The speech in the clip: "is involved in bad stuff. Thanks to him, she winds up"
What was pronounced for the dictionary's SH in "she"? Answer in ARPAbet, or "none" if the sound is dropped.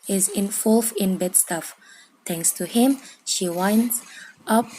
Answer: SH